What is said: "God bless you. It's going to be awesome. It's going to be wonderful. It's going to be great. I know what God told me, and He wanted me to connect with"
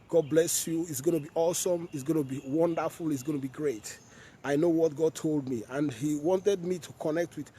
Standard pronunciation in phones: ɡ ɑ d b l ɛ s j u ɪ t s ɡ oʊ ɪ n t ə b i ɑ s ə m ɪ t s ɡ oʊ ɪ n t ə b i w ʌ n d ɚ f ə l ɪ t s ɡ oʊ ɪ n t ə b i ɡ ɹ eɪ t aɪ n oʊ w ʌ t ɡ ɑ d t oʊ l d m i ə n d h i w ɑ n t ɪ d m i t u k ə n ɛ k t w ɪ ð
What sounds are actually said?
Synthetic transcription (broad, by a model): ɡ ɑ d b l ɛ s j u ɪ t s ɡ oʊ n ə b i ɑ s ə m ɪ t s ɡ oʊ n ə b i w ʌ n d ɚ f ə l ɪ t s ɡ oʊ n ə b i ɡ ɹ eɪ t aɪ n oʊ w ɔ t ɡ ɑ d t oʊ l d m i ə n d h i w ɑ n t ɪ d m i t u k ə n ɛ k t w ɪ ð